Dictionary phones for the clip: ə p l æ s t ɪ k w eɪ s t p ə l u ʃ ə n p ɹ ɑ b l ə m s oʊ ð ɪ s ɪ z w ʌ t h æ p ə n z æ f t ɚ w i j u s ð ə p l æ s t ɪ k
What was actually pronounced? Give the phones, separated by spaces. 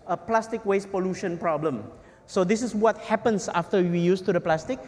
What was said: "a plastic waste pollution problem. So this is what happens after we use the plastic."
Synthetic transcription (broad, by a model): ə p l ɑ s t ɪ k w eɪ s p ə l u ʃ ə n p ɹ ɑ b l ə m s oʊ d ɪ s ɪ s w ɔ t h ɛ p ə n s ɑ f t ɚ w i j u s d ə p l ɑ s t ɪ k